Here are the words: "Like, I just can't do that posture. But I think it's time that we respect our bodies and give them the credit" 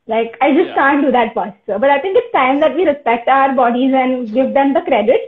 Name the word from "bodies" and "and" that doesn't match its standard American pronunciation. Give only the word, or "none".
none